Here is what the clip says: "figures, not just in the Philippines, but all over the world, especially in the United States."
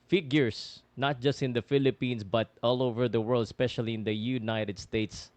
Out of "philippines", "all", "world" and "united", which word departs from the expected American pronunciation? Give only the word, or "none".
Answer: philippines